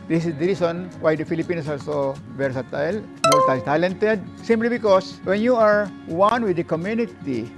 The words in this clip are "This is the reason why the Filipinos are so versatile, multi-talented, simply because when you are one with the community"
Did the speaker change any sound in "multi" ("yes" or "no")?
yes